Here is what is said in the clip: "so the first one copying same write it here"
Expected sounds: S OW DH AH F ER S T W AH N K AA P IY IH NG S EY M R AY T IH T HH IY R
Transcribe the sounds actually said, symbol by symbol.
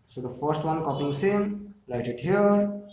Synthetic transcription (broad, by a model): S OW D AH F ER S T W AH N K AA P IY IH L S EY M L AY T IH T HH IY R